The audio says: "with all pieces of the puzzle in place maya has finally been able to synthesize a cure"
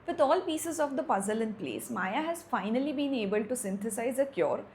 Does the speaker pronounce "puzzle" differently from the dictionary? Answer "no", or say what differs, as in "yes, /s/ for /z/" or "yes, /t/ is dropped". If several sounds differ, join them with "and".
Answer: no